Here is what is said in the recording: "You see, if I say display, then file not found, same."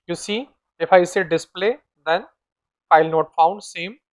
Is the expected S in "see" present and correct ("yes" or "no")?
yes